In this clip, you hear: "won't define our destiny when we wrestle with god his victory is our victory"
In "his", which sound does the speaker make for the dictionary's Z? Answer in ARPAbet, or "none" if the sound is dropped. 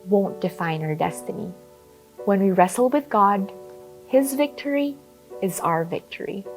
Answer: Z